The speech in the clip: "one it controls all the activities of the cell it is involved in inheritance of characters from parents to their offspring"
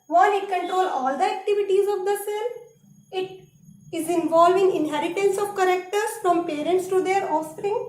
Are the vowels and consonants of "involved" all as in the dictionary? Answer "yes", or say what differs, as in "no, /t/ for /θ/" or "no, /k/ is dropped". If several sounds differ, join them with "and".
no, /d/ is dropped